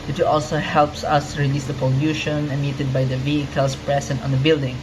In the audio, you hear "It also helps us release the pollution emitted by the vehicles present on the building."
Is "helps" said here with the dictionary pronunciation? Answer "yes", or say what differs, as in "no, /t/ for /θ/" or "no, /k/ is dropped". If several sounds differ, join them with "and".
yes